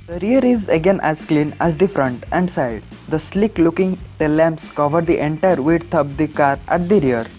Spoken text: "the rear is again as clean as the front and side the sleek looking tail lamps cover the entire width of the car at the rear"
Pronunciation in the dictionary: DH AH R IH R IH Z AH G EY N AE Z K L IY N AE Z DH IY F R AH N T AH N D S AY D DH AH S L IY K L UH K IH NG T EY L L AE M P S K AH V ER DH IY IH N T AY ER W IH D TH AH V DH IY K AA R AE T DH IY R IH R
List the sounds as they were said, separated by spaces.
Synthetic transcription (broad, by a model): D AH R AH R IH Z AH G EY N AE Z K L IY N AE Z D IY F R AH N T AH N D S AY D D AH S L IY K L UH K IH NG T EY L L AE M P S K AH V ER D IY IH N T AY ER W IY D T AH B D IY K AA R AE T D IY R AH R